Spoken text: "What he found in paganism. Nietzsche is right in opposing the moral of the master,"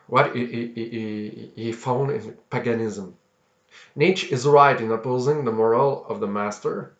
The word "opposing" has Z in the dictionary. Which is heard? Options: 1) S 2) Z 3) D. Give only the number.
2